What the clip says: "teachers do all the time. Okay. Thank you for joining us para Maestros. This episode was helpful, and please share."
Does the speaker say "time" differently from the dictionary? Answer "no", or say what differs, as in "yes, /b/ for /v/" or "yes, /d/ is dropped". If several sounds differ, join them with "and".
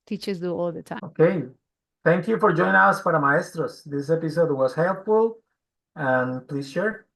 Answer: yes, /m/ is dropped